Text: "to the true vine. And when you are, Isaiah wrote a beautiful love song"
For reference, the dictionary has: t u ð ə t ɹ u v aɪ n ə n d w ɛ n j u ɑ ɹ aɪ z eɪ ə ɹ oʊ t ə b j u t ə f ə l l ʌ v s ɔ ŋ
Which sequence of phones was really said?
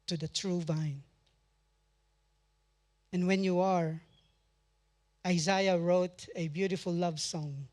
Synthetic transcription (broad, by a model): t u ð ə t ɹ u v aɪ n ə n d w ɛ n j u ɑ ɹ aɪ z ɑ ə ɹ oʊ t ə b j u t ə f ə l l ʌ v s ɔ ŋ